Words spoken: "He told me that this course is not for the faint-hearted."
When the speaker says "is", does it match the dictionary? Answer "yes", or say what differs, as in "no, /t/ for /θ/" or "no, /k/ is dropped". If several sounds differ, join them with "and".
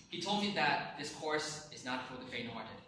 yes